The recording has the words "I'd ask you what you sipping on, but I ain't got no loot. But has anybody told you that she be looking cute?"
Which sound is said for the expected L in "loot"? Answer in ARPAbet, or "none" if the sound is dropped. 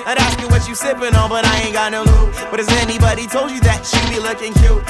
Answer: N